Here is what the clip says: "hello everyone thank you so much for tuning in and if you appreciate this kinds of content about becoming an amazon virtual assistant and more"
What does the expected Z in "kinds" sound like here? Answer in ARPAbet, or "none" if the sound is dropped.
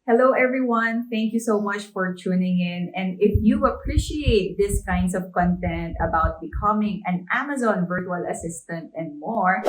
S